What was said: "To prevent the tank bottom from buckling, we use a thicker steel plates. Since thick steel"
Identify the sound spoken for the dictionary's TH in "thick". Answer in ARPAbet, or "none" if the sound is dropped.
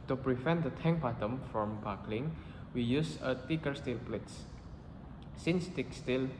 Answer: T